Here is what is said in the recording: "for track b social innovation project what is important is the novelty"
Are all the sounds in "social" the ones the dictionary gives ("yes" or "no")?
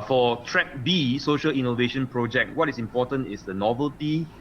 yes